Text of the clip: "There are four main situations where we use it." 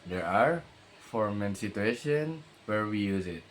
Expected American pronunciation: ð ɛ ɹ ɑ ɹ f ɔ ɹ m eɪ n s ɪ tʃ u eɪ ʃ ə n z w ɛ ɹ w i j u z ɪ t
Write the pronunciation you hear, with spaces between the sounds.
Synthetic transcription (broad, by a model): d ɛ ɹ ɑ ɹ f ɔ ɹ m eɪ n s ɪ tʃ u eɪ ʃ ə n w ɛ ɹ w i j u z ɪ t